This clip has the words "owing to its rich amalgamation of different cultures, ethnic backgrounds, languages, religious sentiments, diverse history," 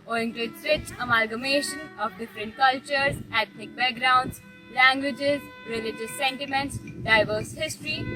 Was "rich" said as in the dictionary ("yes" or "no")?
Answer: no